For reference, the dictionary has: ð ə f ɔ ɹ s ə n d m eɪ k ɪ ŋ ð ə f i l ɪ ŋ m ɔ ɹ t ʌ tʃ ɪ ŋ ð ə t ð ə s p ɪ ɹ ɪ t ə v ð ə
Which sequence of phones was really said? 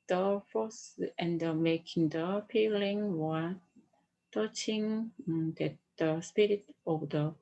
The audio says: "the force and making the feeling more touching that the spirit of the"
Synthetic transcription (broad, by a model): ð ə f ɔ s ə n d m eɪ k ɪ ŋ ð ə p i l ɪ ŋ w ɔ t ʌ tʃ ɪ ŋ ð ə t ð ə s p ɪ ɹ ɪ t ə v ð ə